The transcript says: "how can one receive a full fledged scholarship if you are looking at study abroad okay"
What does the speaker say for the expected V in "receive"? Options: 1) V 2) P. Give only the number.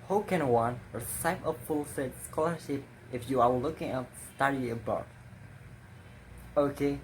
2